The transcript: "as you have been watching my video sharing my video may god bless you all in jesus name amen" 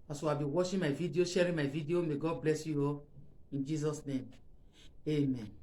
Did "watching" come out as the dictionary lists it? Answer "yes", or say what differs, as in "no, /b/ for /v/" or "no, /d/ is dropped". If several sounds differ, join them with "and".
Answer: no, /ʃ/ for /tʃ/